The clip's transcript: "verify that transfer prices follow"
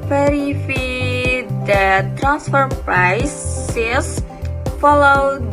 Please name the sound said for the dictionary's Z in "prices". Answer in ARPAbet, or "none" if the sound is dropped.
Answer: S